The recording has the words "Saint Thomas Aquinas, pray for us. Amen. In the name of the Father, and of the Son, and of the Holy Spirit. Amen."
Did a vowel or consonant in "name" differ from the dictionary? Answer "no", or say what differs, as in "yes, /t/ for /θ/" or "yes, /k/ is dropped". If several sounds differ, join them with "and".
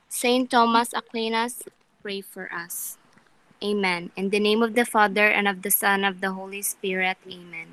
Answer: no